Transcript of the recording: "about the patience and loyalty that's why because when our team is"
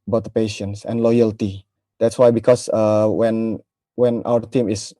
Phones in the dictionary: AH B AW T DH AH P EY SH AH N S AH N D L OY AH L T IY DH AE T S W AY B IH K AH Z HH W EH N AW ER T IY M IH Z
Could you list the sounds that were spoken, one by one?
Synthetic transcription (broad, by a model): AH B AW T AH P EY SH AH N S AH N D L OY AH L T IY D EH T S W AY B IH K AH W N W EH N AW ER T IY M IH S